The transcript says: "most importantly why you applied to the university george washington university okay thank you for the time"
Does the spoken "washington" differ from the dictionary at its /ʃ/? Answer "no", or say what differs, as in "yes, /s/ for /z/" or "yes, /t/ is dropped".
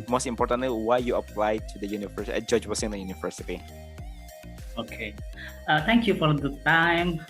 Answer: yes, /s/ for /ʃ/